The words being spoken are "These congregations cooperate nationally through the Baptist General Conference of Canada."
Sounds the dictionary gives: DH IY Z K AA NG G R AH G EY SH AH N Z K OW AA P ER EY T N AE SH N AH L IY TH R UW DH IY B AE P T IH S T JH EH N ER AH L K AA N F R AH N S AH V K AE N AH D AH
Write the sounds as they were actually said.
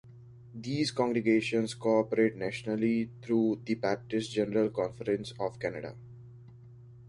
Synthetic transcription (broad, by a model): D IY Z K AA NG G R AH G EY SH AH N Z K OW AA P ER EY T N AE SH N AH L IY T R UW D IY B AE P T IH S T JH EH N ER AH L K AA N F R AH N S AH V K AE N AH D AH